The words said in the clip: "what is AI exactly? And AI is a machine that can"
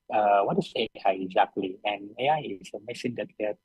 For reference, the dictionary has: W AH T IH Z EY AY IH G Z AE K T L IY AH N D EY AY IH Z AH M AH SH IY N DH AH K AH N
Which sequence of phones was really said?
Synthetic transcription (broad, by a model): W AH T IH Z EY AY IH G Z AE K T L IY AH N EY AY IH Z AH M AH S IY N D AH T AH